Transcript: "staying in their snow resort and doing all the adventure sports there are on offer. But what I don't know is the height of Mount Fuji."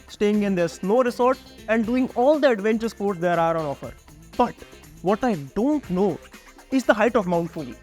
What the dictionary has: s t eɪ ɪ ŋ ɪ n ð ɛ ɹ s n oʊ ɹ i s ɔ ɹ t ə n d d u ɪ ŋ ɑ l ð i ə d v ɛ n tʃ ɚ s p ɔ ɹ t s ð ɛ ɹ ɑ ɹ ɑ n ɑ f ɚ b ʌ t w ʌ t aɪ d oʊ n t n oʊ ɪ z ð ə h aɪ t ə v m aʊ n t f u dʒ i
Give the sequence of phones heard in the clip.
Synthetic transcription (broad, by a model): s t eɪ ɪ ŋ ɪ n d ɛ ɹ s l oʊ ɹ i s ɔ ɹ t ə n d d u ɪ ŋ ɑ l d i ə d v ɛ n tʃ ɚ s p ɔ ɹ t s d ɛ ɹ ɑ ɹ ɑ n ɑ f ɚ b ʌ t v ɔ t aɪ d oʊ n t n oʊ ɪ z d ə h aɪ t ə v m aʊ n t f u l